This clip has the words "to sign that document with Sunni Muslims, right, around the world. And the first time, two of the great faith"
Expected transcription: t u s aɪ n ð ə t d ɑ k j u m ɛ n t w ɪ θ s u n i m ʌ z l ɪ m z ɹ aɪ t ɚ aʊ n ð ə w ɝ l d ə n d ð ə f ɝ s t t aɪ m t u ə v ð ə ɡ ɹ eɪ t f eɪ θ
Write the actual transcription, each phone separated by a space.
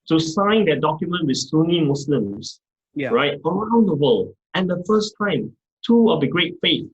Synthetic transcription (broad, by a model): t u s aɪ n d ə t d ɑ k j u m ɛ n t w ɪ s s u n i m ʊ s l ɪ m s ɹ aɪ t ɚ aʊ n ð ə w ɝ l ə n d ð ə f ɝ s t t aɪ m t u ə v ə ɡ ɹ eɪ t f eɪ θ